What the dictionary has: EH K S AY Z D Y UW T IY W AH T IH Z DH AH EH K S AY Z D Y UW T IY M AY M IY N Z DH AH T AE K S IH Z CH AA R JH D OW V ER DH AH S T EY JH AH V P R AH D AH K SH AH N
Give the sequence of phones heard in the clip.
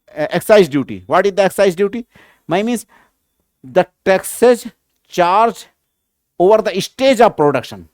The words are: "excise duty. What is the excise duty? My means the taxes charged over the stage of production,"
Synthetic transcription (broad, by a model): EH K S AY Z D Y UW T IY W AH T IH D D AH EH K S AY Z D Y UW T IY M AY M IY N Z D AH T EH K S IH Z CH AA R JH OW V ER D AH S T EY JH AH V P R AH D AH K SH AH N